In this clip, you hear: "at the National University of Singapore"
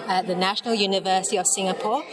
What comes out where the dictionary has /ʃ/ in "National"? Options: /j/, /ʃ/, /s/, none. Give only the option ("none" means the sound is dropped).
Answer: /ʃ/